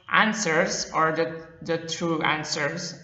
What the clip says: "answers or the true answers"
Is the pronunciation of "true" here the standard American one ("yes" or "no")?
yes